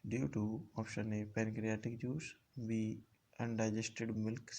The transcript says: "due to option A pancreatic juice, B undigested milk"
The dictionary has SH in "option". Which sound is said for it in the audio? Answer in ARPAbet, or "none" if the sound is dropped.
SH